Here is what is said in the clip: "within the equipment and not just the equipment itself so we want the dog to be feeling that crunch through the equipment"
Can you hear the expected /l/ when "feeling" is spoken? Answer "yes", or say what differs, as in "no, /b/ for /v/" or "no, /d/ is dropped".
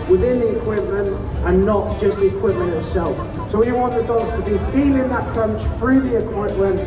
no, /n/ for /l/